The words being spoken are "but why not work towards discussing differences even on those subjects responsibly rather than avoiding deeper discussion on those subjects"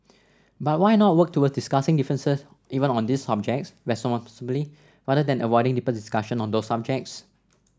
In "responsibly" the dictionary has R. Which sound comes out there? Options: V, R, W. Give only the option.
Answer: W